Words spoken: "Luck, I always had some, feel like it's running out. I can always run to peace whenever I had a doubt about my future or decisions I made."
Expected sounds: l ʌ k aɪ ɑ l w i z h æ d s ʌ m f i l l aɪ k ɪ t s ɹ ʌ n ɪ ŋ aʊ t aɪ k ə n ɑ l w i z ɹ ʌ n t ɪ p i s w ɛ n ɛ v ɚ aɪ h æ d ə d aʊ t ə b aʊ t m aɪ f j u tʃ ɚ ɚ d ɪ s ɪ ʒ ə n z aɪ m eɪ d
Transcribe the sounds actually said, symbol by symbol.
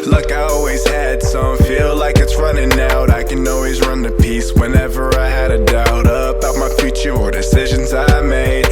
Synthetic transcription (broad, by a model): l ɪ k aɪ ɑ l w i z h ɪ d s ʌ m f i l l aɪ k ɪ t s ɹ ʌ n ɪ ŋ aʊ t aɪ k ə n ɑ l w i z ɹ ʌ n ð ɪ p i s w ɛ n ɛ v ɚ aɪ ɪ d ə d aʊ t ə b aʊ t m aɪ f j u tʃ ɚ ɚ d ɪ s ɪ ʒ ə n z aɪ m eɪ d